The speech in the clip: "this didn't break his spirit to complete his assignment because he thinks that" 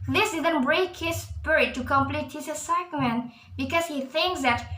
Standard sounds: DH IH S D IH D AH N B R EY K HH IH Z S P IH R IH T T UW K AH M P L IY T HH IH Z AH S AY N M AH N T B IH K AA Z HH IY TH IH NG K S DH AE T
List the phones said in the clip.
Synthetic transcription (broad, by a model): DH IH S D IH D AH N B R EY K HH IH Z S P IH R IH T T UW K AH M P L IY T HH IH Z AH S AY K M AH N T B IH K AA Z HH IY TH IH NG K S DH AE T